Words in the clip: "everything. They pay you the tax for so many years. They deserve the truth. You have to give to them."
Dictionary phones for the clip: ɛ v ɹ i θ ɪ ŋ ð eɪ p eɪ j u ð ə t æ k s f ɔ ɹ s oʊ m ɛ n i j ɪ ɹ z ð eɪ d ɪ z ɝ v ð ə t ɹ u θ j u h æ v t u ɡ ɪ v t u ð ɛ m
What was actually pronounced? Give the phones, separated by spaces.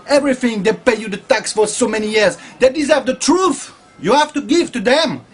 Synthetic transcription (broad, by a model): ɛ v ɹ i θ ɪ ŋ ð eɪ p eɪ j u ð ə t æ k s f ɔ ɹ s oʊ m ɛ n i j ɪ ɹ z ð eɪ d ɪ z ɝ v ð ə t ɹ u θ j u h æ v t u ɡ ɪ v t u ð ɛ m